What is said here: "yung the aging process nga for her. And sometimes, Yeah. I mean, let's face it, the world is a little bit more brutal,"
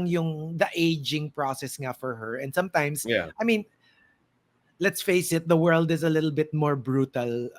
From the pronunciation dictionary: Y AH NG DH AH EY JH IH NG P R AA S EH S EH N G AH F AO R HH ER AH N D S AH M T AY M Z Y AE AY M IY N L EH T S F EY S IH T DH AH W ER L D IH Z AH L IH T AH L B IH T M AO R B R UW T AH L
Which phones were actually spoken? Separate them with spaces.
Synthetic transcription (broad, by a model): Y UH NG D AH EY JH IH NG P R AA S EH S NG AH F AO R HH ER AH N D S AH M T AY M S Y AY M IY N L EH T S F EY S IH T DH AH W ER L D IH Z AH L IH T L B IH T M AO R B R UW T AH L